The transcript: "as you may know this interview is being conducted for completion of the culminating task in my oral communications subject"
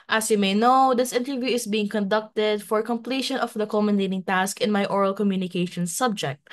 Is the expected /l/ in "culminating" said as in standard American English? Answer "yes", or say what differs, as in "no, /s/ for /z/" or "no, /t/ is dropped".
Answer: no, /l/ is dropped